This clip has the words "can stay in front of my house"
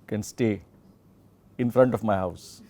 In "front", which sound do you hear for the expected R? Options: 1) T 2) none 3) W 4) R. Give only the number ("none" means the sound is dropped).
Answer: 4